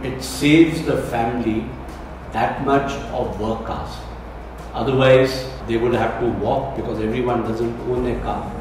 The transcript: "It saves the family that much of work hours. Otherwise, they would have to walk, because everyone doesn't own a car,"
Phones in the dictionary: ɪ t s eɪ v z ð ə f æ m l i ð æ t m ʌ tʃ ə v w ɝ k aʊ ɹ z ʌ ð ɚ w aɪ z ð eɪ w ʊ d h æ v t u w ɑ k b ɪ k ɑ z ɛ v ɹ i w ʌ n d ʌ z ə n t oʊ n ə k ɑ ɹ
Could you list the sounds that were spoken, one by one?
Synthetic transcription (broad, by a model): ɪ t s eɪ v z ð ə f æ m l i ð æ t m ʌ tʃ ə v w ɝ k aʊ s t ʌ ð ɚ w aɪ z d eɪ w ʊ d h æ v t u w ɑ k b ɪ k ɑ z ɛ v ɹ i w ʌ n d ʌ z ə n t oʊ n ə k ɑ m